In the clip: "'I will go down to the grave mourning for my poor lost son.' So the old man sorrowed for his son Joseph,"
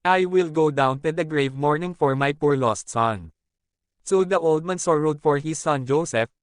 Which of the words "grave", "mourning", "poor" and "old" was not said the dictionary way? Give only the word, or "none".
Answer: none